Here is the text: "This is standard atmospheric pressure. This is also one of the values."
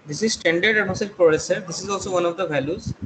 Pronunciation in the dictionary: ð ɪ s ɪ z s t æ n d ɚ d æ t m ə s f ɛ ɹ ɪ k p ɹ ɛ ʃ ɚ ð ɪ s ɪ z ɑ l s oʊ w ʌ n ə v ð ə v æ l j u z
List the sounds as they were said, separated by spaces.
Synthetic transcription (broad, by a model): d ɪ s ɪ z s t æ n d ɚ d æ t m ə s ɛ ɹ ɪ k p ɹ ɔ s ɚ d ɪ s ɪ z ɑ l s oʊ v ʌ n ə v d ə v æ l j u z